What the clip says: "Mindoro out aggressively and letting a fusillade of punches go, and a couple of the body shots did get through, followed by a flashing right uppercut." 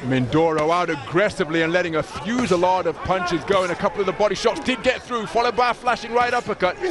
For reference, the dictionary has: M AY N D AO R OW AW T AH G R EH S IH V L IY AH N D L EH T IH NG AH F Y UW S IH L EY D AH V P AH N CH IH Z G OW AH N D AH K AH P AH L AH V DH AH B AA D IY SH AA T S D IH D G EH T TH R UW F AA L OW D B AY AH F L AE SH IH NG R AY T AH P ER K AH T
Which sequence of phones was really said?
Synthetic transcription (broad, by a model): M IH N D AO R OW AW T AH G R EH S IH V L IY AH N L EH T IH NG AH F Y UW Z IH L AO D AH V P AH N CH IH Z G OW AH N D AH K AH P L AH V DH AH B AA D IY SH AA T S D IH D G EH T TH R UW F AA L OW D B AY AH F L AE SH IH NG R AY T AH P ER K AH T